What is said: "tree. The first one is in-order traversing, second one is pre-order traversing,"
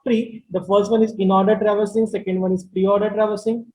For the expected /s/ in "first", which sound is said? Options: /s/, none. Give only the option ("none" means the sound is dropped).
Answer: /s/